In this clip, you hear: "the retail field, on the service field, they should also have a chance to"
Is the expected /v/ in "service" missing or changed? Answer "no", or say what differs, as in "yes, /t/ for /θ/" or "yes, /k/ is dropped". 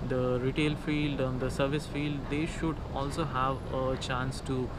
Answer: no